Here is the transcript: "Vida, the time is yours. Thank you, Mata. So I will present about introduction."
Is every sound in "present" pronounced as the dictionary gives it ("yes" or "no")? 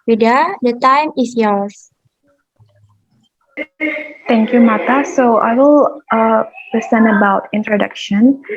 no